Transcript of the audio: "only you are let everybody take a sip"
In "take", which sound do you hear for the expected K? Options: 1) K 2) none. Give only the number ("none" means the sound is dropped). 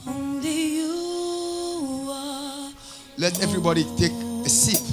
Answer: 1